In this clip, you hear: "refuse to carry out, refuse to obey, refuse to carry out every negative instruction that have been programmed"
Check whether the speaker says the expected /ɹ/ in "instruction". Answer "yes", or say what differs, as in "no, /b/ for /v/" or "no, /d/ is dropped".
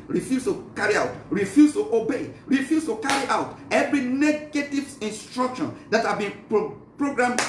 yes